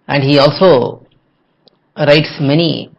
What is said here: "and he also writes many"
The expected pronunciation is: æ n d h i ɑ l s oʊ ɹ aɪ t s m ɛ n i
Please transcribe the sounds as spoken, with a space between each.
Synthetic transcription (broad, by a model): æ n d h i ɑ l s oʊ ɹ aɪ t s m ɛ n i